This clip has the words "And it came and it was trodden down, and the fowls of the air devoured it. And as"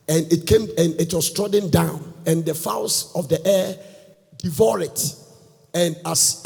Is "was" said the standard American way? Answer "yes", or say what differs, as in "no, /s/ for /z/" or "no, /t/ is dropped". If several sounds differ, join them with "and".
no, /s/ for /z/